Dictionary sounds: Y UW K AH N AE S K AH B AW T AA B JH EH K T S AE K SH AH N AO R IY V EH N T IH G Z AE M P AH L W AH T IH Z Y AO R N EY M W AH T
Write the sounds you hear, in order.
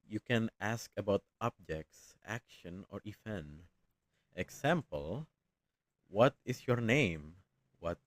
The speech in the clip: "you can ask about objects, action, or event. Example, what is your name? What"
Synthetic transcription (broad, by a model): Y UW K AH N AE S K AH B AW T AA B JH EH K T S AE K SH AH N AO R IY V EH N T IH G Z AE M P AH L W AH T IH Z Y AO R N EY M W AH T